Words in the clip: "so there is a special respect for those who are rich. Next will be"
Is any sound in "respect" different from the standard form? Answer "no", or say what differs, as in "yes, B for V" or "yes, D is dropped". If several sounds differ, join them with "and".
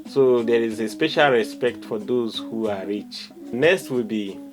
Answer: no